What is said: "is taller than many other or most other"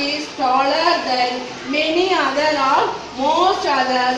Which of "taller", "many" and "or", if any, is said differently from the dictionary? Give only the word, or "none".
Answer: or